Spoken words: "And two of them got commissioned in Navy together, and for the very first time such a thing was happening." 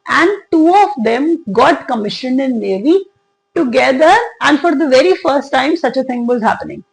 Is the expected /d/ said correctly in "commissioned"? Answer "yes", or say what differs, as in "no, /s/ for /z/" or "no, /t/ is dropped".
yes